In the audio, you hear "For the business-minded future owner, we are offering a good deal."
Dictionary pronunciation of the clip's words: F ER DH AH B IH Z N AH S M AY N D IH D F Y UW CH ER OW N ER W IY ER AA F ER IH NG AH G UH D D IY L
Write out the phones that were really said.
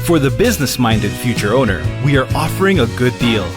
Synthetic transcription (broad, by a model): F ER DH AH B IH Z N AH S M AY N D IH D F Y UW CH ER OW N ER W IY ER AA F ER IH NG AH G UH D D IY L